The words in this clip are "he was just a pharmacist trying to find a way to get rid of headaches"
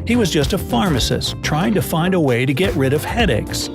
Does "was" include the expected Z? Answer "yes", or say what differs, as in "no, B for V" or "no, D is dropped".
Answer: yes